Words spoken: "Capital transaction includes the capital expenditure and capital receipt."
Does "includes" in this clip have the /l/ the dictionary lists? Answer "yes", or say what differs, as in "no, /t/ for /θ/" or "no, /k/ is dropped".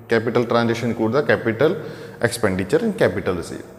no, /l/ is dropped